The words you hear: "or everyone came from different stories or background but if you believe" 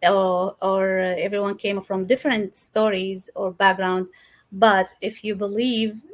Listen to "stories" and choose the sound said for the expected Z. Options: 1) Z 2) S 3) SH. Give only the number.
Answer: 1